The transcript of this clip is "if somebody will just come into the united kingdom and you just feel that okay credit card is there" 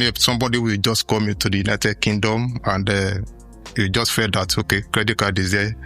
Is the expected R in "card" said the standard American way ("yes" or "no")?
no